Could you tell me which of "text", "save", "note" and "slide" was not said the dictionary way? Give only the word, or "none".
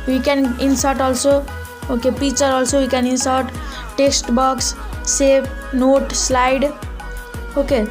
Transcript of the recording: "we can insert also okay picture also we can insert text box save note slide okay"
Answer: save